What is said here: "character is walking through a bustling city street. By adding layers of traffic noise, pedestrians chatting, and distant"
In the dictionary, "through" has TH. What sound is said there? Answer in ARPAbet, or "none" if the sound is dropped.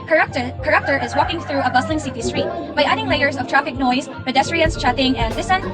TH